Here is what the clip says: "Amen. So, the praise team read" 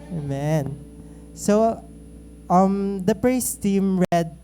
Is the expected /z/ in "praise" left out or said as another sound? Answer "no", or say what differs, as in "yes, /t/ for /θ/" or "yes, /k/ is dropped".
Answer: yes, /s/ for /z/